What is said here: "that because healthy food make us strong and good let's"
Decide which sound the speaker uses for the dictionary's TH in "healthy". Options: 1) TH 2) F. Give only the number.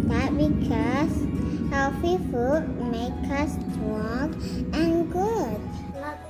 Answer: 2